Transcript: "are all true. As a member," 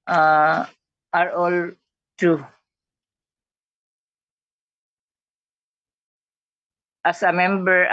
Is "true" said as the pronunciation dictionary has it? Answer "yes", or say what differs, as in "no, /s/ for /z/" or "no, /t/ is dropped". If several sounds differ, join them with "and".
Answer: no, /ɹ/ is dropped